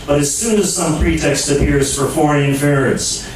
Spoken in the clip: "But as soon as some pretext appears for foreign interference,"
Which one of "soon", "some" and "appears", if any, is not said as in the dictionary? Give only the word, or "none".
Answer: none